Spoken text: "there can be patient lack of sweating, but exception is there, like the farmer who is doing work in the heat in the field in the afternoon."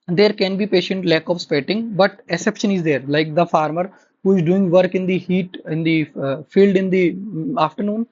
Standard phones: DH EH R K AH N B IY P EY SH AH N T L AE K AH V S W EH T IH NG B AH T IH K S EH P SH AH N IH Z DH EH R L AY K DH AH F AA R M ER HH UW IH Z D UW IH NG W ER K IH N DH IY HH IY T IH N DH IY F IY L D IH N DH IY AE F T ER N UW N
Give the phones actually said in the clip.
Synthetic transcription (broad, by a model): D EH R K AH N B IY P EY SH AH N T L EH K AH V S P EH T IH NG B AH T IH S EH P SH AH N IH Z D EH R L AY K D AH F AA R M ER HH UW IH Z D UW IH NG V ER K IH N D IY HH IY T IH N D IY F IY L D IH N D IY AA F T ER N UW N